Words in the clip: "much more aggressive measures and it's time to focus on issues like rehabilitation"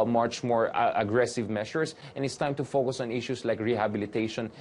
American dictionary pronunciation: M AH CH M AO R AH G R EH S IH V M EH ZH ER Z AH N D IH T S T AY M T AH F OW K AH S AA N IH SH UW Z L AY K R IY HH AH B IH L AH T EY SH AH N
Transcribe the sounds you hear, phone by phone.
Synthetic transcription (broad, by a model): M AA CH M AO R AH G R EH S IH V M EH SH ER S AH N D IH T S T AY M T AH F OW K AH S AA N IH SH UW S L AY K R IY HH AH B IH L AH T EY SH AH N